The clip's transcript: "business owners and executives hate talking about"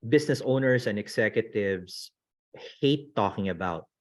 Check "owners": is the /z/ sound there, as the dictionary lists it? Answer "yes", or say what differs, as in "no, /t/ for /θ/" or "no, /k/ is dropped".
no, /s/ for /z/